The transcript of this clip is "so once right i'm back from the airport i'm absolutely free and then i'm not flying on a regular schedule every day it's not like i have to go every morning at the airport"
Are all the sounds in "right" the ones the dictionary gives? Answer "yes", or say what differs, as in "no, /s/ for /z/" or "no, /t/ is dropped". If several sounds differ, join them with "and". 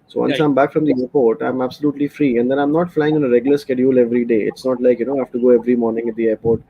no, /t/ is dropped